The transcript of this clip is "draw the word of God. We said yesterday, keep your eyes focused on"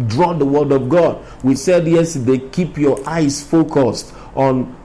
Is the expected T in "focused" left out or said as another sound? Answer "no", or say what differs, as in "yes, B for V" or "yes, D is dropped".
no